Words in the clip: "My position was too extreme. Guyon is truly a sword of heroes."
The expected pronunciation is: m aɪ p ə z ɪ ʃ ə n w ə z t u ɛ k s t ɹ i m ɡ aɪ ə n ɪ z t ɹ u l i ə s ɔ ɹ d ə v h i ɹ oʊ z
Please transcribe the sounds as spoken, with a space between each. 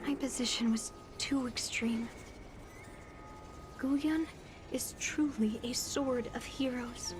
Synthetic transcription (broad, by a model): m aɪ p ə z ɪ ʃ ə n w ə z t u ɛ k s t ɹ i m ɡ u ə n ɪ z t ɹ u l i ə s ɔ ɹ d ə v h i ɹ oʊ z